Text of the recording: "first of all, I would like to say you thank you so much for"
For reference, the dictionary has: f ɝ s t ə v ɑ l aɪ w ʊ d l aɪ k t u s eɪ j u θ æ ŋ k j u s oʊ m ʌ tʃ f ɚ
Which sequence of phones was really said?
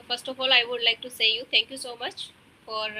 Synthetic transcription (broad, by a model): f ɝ s t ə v ɑ l aɪ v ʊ d l aɪ k t u s eɪ j u t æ ŋ k j u s oʊ m ʌ tʃ f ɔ